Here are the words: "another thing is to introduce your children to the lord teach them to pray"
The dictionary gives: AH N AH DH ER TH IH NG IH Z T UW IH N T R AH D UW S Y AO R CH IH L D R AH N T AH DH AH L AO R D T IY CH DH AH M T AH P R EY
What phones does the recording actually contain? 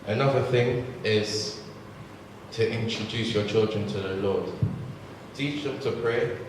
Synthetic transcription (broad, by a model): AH N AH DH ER TH IH NG IH Z T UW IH N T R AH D UW S Y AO CH IH L D R AH N T AH DH AH L AO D T IY CH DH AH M T AH P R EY